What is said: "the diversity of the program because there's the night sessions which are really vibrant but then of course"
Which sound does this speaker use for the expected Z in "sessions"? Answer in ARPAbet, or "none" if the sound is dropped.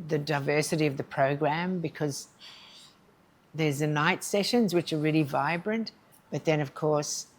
Z